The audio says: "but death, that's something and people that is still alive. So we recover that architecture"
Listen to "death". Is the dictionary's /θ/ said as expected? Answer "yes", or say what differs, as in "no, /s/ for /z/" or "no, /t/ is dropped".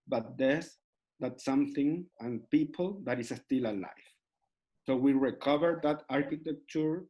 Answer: no, /s/ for /θ/